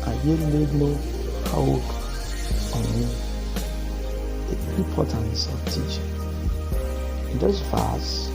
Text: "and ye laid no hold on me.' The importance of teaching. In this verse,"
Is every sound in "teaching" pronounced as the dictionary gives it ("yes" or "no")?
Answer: yes